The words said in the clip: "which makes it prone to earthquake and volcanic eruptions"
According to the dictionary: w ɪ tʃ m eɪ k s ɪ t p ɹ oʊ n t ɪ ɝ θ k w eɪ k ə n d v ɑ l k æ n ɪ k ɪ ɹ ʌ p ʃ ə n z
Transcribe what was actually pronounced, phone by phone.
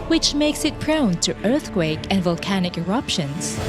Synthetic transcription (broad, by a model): w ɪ tʃ m eɪ k s ɪ t p ɹ oʊ n t ɪ ɝ θ k w eɪ k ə n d v ɑ l k æ n ɪ k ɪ ɹ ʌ p ʃ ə n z